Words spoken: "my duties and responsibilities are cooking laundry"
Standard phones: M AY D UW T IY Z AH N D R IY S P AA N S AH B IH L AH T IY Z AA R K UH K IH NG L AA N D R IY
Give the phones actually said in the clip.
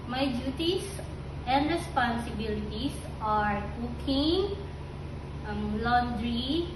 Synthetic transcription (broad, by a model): M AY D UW T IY S AH N D R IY S P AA N S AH B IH L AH T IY S AA R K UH K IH NG L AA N D R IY